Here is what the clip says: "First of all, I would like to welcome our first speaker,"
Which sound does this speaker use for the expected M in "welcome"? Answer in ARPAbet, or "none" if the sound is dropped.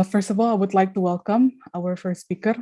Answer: M